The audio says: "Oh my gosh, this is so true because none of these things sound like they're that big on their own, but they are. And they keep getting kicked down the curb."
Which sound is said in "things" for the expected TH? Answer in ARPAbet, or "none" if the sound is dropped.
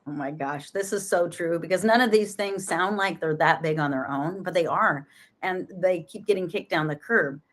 TH